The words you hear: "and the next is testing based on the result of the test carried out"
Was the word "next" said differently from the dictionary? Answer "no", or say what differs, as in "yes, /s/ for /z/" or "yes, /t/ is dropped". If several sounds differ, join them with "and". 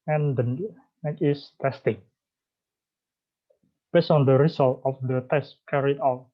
yes, /s/ is dropped